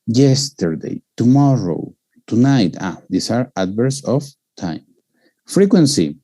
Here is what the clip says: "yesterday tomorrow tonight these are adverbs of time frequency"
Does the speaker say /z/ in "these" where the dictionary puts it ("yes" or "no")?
no